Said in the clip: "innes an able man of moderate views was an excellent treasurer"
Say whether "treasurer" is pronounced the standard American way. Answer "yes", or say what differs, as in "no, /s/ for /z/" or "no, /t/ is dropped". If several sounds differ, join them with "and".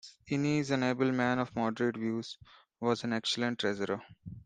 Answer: no, /z/ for /ʒ/